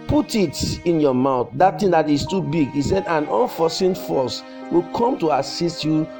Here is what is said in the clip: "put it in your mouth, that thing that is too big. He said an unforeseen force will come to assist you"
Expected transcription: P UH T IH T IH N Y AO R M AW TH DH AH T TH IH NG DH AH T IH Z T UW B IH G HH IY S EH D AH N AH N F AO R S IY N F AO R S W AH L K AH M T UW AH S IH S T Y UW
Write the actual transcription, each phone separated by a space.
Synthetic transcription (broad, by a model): P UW T IH T IH N Y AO M AW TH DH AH T T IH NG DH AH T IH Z T UW B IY G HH IY S EH D AH N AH N F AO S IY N F AO S W AH L K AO M T UW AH S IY S T Y UW